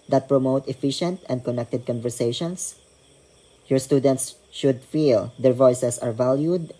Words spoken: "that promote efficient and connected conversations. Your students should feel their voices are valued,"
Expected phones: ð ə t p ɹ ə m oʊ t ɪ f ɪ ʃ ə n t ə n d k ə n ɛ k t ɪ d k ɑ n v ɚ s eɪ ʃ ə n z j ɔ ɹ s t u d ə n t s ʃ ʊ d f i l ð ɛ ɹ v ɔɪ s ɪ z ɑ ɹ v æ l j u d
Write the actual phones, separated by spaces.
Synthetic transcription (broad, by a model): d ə t p ɹ ə m oʊ t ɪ f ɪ ʃ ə n t ə n d k ə n ɛ k t ɪ d k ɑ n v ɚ s eɪ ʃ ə n s j ɔ ɹ s t u d ə n t s ʃ ʊ d f i l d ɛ ɹ v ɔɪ s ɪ s ɑ ɹ v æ l j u d